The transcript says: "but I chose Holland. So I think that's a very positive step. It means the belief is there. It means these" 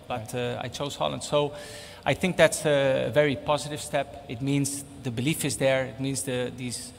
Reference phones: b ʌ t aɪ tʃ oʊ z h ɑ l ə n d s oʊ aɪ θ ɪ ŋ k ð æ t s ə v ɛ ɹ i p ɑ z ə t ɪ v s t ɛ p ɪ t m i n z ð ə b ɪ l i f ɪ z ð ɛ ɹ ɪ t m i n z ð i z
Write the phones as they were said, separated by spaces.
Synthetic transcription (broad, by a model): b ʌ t aɪ tʃ oʊ z h ɑ l ə n d s oʊ aɪ θ ɪ ŋ k ð æ t s ə v ɛ ɹ i p ɑ z ə t ɪ v s t ɛ p ɪ t m i n z ð ə b ɪ l i f ɪ z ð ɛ ɹ ɪ t m i n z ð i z